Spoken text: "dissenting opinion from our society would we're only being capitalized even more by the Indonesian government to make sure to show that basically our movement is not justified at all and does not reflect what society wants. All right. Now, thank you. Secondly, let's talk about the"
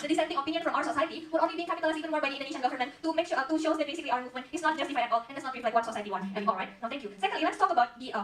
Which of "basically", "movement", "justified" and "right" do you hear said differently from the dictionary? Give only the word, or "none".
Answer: justified